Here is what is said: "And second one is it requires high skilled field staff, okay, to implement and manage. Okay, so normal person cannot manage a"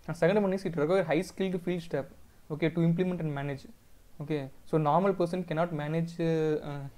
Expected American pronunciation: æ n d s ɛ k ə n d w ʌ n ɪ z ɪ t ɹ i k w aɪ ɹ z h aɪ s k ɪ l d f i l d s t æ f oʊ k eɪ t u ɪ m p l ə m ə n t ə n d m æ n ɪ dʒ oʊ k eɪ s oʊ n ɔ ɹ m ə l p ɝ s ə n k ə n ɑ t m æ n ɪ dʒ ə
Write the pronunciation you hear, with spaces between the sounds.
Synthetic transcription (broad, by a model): s ɛ k ə n d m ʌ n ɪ s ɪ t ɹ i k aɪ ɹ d h aɪ s k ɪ l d f i l d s t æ p oʊ k eɪ t u ɪ m p l ə m ə n t ə n d m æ n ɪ dʒ oʊ k eɪ s oʊ n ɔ ɹ m ə l p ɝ s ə n k ə n ɑ t m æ n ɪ dʒ